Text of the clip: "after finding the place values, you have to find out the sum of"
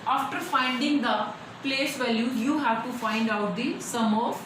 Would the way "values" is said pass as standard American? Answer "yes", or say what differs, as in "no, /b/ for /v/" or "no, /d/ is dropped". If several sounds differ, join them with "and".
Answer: no, /z/ is dropped